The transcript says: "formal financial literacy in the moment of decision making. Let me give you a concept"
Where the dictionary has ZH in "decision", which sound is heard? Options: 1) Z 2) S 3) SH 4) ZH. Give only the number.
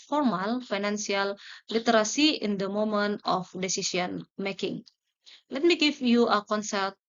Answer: 2